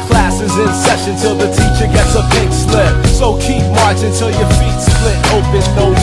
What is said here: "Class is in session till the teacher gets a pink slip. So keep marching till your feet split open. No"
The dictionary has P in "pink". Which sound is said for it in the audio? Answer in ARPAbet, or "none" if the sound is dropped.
B